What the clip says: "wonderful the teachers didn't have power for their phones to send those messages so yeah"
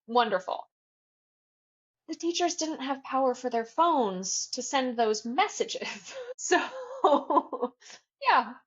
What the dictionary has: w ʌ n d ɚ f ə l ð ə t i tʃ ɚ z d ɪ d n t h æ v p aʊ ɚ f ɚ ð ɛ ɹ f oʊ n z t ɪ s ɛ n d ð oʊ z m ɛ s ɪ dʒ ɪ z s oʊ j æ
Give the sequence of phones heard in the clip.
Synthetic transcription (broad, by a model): w ʌ n d ɚ f l ð ə t i tʃ ɚ z d ɪ d n t h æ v p aʊ ɚ f ɚ ð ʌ ɹ f oʊ n z t ɪ s ɛ n ð oʊ z m ɛ s ɪ dʒ ɪ z s oʊ j æ